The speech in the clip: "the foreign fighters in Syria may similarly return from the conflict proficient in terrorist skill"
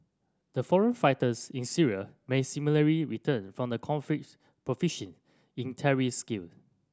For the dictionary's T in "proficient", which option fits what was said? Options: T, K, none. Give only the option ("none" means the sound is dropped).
none